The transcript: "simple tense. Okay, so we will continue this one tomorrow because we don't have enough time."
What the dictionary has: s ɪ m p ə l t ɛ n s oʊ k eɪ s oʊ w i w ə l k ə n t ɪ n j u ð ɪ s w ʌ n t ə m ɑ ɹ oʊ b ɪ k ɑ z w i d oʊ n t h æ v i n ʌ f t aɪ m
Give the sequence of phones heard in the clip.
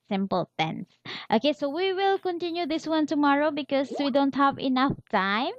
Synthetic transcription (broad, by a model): s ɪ m p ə l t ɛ n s oʊ k eɪ s oʊ w i w ə l k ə n t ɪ n j u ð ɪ s w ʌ n t ə m ɑ ɹ oʊ b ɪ k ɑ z w i d oʊ n t h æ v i n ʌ f t aɪ m